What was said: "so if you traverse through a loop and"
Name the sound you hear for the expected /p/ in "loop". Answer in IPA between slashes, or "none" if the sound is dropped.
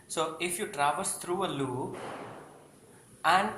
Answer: none